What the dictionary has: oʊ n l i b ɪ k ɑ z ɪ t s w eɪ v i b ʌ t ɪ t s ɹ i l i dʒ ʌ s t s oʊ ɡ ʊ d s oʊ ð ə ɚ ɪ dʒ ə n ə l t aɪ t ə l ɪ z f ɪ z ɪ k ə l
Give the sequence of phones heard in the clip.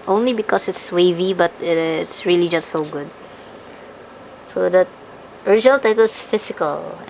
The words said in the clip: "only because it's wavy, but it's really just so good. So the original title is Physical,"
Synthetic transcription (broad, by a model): oʊ n l i b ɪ k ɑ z ɪ t s w eɪ v i b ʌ t ɪ t s ɹ i l i dʒ ʌ s t s oʊ ɡ ʊ d s oʊ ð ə ɚ ɪ dʒ ə n ə l t aɪ t ə l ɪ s f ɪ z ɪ k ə l